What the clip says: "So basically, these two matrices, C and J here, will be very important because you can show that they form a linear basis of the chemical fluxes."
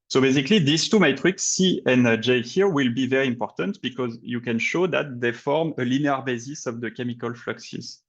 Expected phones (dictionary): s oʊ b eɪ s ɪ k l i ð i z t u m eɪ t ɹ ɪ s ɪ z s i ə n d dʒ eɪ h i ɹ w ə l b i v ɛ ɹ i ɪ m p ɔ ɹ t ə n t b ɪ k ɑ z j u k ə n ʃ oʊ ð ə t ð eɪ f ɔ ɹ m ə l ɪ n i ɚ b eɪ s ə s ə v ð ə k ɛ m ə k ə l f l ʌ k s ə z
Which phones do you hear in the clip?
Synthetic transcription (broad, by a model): s oʊ b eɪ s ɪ k l i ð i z t u m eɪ t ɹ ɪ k s i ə n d dʒ eɪ h i ɹ w ə l b i v ɛ ɹ i ɪ m p ɔ ɹ t ə n t b ɪ k ɑ z j u k ə n ʃ oʊ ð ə t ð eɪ f ɔ ɹ m ə l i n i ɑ b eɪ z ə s ə v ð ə k ɛ m ə k ə l f l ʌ k s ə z